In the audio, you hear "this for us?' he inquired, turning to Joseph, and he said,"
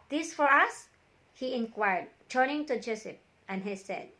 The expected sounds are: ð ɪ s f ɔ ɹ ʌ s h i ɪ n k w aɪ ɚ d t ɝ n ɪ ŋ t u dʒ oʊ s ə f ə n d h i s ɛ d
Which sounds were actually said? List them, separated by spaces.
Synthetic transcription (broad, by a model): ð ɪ s f ɔ ɹ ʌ s h i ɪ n k w aɪ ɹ d t ɝ n ɪ ŋ t u dʒ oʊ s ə p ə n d h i s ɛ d